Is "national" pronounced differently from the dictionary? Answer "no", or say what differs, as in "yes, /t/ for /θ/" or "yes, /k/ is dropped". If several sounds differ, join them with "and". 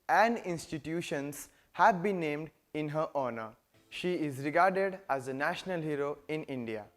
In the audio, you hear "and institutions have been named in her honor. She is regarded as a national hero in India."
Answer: no